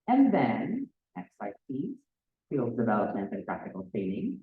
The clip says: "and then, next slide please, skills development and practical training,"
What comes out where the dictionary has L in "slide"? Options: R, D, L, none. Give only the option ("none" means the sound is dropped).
none